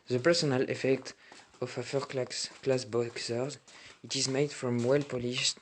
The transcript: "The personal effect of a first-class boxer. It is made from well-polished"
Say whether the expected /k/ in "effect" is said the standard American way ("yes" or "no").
yes